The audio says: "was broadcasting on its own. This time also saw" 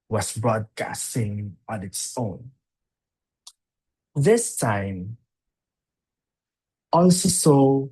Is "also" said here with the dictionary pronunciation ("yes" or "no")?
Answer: no